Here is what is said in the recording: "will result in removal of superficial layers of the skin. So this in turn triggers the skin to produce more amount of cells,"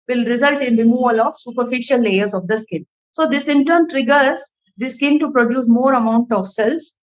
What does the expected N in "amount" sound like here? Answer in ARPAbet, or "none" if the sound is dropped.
N